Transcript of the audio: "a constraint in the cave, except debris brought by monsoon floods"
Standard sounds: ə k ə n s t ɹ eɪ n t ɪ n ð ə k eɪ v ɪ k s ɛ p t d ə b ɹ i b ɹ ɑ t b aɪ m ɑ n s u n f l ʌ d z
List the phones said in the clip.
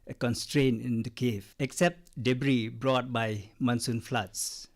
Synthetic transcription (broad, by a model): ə k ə n s t ɹ eɪ n ɪ n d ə k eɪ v ɪ k s ɛ p t d ə b ɹ i b ɹ ɑ t b aɪ m ɑ n s u n f l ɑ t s